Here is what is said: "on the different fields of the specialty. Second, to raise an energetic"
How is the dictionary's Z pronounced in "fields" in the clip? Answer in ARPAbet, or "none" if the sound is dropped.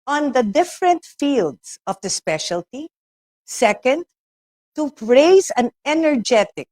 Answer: S